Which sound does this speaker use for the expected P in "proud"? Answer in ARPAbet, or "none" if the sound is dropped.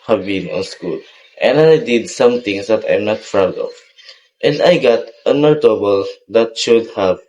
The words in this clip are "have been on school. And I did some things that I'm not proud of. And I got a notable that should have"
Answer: F